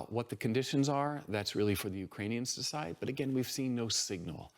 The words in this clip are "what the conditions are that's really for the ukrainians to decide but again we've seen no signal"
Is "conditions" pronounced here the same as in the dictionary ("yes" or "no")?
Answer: yes